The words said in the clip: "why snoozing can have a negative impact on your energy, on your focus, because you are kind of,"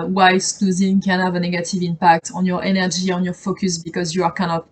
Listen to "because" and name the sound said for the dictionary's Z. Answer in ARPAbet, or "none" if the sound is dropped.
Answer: Z